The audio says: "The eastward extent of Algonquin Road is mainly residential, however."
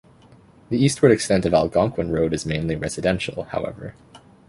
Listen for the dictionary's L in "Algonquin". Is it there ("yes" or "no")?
yes